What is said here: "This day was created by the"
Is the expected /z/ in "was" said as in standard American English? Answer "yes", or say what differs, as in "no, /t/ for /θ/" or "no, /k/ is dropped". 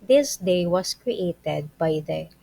no, /s/ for /z/